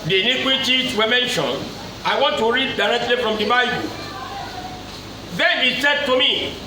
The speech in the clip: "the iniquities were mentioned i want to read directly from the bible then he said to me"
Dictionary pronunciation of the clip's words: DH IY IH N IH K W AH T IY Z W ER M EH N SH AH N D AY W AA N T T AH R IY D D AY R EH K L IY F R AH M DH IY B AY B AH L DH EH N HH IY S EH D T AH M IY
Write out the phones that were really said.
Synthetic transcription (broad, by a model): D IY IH N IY K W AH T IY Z W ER M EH N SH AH N AY W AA N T T AH R IY D D AY R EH K L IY F R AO M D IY B AY B AH L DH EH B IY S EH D T AH M IY